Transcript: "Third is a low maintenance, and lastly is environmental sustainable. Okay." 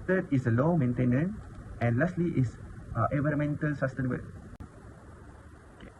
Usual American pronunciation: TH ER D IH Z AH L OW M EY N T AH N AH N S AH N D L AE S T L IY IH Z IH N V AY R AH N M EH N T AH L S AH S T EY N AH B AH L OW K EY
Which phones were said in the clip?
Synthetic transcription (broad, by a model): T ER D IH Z AH L OW M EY N T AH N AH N AH N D L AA S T L IY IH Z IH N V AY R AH M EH N T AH L S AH S T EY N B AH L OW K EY